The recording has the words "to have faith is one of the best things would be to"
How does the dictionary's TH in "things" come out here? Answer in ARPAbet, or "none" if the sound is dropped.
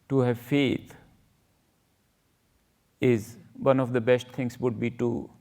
T